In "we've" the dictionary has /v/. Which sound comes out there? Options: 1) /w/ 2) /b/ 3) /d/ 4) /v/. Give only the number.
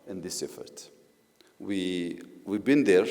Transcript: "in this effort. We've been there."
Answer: 1